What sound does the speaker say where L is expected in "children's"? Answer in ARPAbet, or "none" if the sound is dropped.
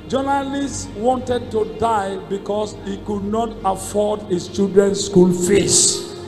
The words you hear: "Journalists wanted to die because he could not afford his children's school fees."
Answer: none